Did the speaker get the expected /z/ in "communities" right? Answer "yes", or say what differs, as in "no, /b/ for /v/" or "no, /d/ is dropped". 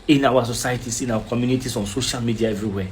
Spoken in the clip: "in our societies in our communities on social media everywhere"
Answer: no, /s/ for /z/